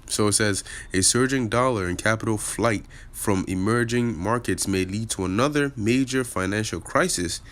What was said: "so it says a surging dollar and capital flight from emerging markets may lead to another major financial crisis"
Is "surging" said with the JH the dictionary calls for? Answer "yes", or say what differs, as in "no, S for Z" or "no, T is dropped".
yes